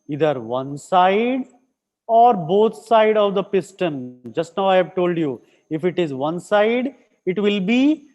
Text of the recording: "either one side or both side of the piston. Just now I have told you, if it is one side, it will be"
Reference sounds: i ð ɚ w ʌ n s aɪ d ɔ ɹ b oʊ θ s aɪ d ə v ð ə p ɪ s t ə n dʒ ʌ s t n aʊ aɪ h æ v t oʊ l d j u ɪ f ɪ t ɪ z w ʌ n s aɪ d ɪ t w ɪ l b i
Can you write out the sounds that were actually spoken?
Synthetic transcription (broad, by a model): i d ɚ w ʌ n s aɪ d ɔ ɹ b oʊ t s aɪ d ə v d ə p ɪ s t ə n dʒ ʌ s t n aʊ aɪ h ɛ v t oʊ l d j u ɪ f ɪ t ɪ z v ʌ n s aɪ d ɪ t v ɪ l b i